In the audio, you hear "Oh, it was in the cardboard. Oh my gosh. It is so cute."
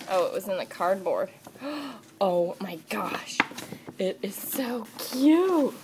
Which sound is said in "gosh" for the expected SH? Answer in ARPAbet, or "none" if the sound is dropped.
SH